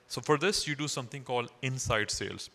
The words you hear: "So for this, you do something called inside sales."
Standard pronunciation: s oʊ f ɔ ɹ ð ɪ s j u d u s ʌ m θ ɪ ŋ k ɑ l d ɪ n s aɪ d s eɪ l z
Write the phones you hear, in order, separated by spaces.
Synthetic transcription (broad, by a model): s oʊ f ɔ ɹ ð ɪ s j u d u s ʌ m t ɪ ŋ k ɑ l d ɪ n s aɪ d s eɪ l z